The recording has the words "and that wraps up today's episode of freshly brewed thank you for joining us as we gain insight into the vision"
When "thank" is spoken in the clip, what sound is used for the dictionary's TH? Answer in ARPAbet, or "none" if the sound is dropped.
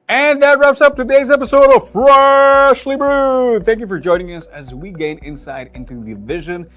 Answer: TH